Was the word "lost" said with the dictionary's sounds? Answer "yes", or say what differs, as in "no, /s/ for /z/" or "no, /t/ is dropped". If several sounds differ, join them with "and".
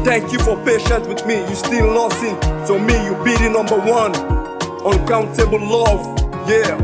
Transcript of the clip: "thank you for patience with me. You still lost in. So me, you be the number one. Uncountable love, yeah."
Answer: no, /t/ is dropped